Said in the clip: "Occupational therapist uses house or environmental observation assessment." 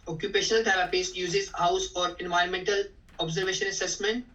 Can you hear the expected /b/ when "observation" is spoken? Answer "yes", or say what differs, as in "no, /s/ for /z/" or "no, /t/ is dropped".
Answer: yes